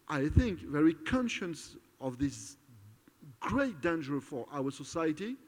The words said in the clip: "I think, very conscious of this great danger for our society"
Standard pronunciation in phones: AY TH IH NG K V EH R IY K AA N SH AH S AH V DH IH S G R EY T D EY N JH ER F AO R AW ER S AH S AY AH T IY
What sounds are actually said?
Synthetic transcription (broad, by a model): AY TH IH NG K V EH R IY K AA N SH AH S AH V DH IH S G R EY T D EY N JH ER F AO R AW ER S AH S AY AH T IY